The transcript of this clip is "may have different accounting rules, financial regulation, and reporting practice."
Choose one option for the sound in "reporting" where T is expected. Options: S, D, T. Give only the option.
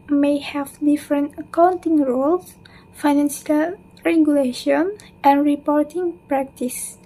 T